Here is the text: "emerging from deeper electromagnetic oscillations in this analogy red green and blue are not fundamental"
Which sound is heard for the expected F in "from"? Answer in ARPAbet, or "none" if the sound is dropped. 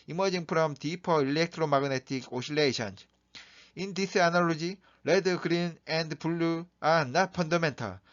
P